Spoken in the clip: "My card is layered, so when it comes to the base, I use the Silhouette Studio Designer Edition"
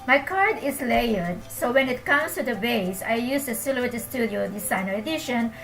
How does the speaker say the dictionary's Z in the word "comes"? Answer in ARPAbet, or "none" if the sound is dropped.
S